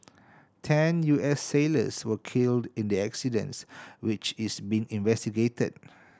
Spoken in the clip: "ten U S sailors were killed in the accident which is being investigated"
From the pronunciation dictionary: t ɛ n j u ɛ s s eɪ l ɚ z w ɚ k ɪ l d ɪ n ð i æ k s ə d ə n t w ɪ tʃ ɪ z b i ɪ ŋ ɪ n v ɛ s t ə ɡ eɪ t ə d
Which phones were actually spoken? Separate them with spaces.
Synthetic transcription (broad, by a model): t ɛ n j u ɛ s s eɪ l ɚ s w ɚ k ɪ l d ɪ n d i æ k s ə d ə n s w ɪ tʃ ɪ s b i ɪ ŋ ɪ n v ɛ s t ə ɡ eɪ t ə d